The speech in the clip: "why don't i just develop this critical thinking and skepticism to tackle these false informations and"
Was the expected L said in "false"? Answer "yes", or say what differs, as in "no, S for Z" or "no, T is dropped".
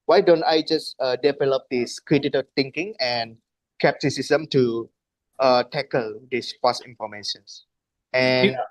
no, L is dropped